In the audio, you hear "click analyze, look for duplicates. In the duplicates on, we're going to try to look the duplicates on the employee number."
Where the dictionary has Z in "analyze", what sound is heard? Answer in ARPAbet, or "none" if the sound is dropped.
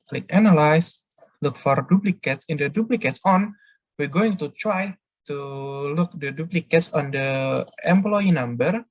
S